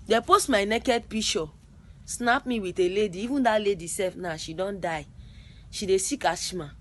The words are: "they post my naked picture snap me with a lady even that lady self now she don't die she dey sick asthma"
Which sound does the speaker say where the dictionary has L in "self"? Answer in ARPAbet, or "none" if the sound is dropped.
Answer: none